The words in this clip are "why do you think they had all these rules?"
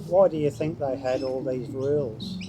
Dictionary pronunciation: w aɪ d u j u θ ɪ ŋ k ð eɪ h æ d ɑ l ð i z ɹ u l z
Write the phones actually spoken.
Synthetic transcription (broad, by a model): w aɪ d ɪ j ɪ θ ɪ ŋ k ð eɪ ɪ d ɑ l ð i z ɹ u l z